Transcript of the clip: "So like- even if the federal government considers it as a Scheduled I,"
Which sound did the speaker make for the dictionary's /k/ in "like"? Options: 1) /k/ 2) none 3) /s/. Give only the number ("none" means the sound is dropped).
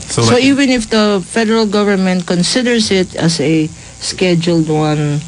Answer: 2